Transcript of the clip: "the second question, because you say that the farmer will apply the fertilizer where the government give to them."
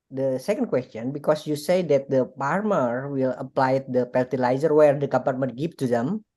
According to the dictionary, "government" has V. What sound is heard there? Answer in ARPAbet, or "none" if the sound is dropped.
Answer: P